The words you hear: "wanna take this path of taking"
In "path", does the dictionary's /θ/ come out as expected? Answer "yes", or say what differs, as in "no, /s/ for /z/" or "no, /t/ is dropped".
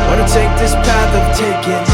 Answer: yes